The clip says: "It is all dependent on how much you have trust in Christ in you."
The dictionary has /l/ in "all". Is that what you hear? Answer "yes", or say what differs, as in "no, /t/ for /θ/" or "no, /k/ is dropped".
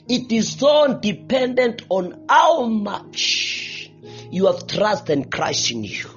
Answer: no, /n/ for /l/